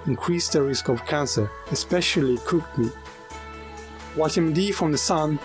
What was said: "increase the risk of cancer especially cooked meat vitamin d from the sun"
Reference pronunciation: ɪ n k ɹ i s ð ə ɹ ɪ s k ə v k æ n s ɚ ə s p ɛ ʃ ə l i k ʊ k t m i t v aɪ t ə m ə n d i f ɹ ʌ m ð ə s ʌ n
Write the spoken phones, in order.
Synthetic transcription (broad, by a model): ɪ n k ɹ i s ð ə ɹ ɪ s k ə v k æ n s ɚ ə s p ɛ ʃ ə l i k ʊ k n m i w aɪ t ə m d i f ɹ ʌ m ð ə s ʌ n